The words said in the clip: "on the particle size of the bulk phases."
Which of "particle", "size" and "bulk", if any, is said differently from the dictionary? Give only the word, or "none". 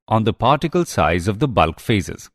none